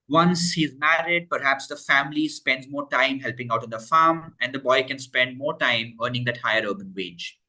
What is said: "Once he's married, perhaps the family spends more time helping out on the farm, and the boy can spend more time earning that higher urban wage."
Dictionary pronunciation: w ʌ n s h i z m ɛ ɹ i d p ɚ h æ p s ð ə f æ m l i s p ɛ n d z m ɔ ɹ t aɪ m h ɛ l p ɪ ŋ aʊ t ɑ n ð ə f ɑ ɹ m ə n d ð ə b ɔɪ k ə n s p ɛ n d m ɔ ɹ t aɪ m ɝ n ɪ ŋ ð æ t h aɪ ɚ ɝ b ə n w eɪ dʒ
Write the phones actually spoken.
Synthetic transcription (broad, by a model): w ʌ n s h i z m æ ɹ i d p ɚ h æ p s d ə f æ m l i s p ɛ n d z m ɔ ɹ t aɪ m h ɛ l p ɪ ŋ aʊ t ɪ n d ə f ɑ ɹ m ə n d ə b ɔɪ k ə n s p ɛ n d m ɔ ɹ t aɪ m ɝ n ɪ ŋ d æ t h aɪ ɚ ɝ b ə n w eɪ dʒ